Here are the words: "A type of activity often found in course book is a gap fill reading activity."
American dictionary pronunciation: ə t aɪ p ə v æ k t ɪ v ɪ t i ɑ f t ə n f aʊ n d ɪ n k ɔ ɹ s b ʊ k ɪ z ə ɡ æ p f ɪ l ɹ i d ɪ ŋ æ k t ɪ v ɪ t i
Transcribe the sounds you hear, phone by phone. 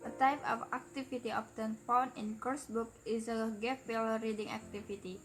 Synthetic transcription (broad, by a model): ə t aɪ p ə f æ k t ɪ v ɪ t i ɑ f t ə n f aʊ n ɪ n k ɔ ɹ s b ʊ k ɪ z ə ɡ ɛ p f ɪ l ɹ i d ɪ ŋ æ k t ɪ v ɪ t i